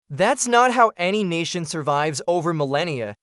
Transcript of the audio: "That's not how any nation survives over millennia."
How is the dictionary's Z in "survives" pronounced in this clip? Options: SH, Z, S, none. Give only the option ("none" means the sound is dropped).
Z